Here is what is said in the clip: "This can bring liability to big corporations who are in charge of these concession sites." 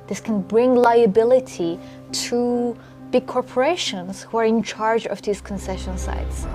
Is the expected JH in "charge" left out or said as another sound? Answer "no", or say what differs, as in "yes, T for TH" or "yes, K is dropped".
no